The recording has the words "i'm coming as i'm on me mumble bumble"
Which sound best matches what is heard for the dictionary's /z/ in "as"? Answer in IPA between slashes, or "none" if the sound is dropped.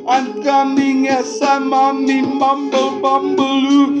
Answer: /s/